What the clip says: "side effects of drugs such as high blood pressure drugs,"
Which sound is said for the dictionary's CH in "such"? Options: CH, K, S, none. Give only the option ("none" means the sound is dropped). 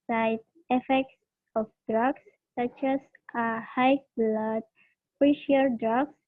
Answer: CH